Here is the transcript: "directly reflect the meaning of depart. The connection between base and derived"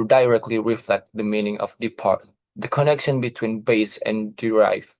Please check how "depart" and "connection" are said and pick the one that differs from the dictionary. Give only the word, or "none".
none